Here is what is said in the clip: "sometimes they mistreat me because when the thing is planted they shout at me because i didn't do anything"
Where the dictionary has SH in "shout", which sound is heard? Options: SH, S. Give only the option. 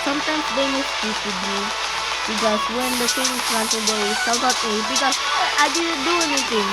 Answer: S